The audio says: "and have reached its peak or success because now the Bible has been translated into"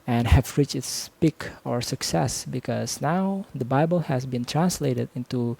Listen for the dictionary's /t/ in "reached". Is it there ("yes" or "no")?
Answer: no